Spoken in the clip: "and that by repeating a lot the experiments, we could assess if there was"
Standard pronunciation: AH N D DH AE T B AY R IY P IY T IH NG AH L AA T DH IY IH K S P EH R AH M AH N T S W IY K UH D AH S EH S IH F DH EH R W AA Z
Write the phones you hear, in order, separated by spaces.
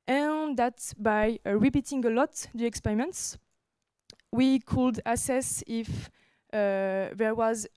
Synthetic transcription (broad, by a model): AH N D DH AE T B AY R IY P IY T IH NG AH L AA T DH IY IH K S P EH R AH M AH N T S W IY K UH D AH S EH S IH F DH EH R W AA Z